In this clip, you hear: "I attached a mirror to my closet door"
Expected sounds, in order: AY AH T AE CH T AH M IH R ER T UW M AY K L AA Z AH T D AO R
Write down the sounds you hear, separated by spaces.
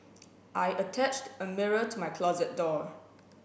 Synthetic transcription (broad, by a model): AY AH T AE CH T AH M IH R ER T UW M AY K L AA Z AH T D AO